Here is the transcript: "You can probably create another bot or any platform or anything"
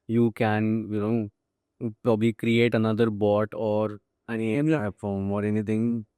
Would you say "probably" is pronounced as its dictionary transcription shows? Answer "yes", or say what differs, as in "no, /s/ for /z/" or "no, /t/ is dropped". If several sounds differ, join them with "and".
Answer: yes